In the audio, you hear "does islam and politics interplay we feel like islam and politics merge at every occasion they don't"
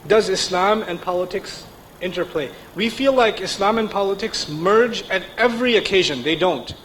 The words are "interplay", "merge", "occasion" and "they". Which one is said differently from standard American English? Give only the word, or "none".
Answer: none